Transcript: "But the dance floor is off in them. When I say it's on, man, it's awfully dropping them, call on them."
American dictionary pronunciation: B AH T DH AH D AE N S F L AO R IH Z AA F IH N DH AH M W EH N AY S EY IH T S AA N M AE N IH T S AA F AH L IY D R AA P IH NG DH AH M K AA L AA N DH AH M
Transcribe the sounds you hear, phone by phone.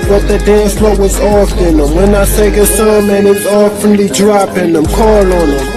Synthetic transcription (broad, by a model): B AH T DH AH D AE N S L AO W IH Z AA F IH N DH AH M W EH N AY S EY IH S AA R M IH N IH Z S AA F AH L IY D R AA P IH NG DH AH M K AA L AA N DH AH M